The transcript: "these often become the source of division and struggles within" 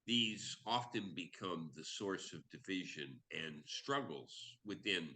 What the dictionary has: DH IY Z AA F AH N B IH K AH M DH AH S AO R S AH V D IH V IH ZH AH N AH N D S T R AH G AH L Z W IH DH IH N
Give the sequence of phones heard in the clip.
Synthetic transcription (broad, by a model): DH IY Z AA F AH N B IH K AH M DH AH S AO R S AH V D IH V IH ZH AH N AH N S T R AH G L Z W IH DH IH N